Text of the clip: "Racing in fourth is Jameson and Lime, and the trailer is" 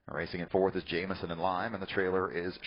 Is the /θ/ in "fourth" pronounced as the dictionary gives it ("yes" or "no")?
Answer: yes